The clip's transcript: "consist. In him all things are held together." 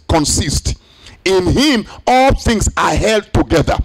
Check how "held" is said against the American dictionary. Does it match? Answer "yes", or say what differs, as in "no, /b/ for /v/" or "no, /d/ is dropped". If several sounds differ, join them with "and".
yes